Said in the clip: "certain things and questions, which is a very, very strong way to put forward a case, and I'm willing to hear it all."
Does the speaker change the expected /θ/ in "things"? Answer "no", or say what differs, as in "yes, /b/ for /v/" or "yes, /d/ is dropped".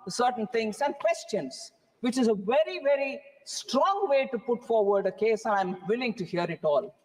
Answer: yes, /t/ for /θ/